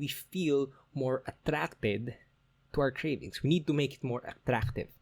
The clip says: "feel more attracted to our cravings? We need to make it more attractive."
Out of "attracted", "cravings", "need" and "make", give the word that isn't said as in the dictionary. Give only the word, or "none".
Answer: cravings